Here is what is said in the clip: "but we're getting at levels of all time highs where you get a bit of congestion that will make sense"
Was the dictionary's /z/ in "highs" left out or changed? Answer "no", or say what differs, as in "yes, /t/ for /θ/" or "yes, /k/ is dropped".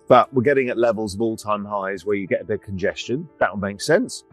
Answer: no